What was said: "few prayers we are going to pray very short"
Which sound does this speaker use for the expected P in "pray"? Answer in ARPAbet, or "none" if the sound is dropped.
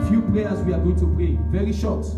B